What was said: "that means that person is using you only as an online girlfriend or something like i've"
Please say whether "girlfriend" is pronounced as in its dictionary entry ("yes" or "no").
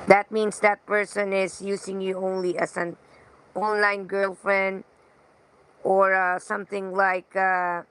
yes